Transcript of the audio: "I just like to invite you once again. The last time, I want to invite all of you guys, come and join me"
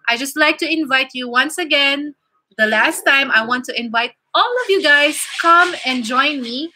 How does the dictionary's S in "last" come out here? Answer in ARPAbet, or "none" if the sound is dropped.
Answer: S